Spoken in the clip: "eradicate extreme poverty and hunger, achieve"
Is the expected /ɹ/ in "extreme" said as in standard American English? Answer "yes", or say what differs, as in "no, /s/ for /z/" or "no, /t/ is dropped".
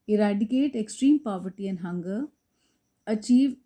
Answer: yes